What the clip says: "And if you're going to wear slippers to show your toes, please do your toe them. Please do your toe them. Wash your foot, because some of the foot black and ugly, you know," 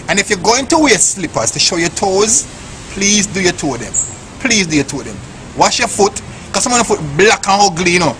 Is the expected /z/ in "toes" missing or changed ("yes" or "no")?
no